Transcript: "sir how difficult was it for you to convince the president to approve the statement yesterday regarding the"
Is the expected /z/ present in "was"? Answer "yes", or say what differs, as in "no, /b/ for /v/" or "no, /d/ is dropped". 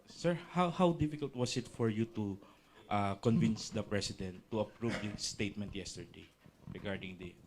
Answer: no, /s/ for /z/